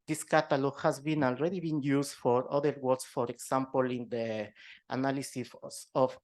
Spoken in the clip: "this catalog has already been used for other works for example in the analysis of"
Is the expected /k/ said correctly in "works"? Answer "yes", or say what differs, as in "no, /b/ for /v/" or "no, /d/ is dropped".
no, /k/ is dropped